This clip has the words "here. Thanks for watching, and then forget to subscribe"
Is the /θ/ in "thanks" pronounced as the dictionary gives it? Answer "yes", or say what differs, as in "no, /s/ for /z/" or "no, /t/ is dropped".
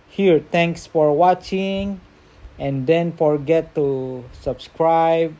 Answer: no, /t/ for /θ/